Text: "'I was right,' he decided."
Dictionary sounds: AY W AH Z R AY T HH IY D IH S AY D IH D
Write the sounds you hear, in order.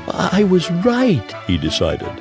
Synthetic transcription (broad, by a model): AY W AH Z R AY T HH IY D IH S AY D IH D